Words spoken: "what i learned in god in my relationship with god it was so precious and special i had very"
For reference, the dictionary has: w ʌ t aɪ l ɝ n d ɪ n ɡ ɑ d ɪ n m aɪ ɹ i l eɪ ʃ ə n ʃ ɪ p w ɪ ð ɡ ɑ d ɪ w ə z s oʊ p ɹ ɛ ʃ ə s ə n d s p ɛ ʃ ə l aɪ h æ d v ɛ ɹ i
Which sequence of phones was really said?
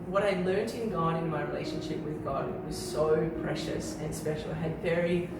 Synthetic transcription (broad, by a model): w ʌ t aɪ l ɝ n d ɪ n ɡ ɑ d ɪ n m aɪ ɹ i l eɪ ʃ ə n ʃ ɪ p w ɪ ð ɡ ɑ d w ə z s oʊ p ɹ ɛ ʃ ə s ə n s p ɛ ʃ l aɪ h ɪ d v ɛ ɹ i